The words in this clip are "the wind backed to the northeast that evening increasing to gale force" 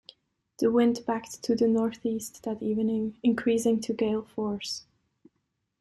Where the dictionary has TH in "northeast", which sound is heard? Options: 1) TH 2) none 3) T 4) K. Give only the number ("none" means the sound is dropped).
1